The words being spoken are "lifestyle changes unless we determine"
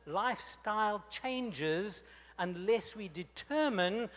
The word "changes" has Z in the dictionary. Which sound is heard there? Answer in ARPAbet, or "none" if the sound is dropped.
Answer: Z